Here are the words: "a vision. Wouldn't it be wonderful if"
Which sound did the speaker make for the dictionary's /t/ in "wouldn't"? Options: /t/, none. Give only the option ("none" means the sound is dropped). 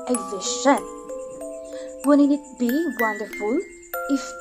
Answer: none